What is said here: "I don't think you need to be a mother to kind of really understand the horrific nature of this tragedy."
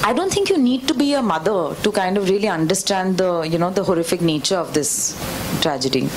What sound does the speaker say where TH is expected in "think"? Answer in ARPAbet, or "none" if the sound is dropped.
T